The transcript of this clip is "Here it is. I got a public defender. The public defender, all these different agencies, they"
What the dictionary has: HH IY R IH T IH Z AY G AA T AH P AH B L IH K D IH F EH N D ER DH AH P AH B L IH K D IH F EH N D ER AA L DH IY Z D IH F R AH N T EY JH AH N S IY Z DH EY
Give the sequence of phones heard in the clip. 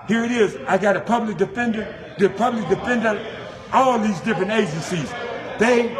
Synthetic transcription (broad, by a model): HH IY R IH T IH Z AY G AA T AH P AH B L IH K D IH F EH N D ER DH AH P AH B L IH K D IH F EH N D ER AA L DH IY Z D IH F R AH N T EY JH AH N S IY Z DH EY